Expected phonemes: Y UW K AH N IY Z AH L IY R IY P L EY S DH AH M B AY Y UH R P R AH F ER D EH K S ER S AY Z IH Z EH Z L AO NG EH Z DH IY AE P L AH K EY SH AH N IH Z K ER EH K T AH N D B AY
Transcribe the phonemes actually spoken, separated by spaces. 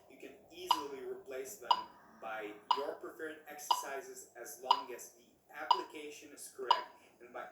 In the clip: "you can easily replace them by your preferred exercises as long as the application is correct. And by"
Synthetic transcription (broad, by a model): Y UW K AH N IY Z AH L IY R IY P L EY S DH AH M B AY Y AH R P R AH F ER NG EH K S ER S AY Z IH Z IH Z L AO NG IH Z DH IY AE P L AH K EY SH AH N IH S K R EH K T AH N B AY